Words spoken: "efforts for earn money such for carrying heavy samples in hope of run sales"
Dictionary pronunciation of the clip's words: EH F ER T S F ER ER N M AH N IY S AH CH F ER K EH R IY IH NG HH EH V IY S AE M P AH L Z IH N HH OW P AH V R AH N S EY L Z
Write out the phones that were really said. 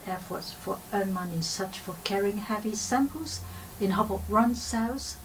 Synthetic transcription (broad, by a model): EH F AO T S F ER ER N M AH N IY S AH CH F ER K EH R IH NG HH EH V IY S AE M P AH L Z IH N HH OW B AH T R AH N S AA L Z